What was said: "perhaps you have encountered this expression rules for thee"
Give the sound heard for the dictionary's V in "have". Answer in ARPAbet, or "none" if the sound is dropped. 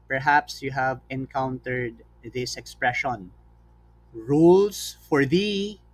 V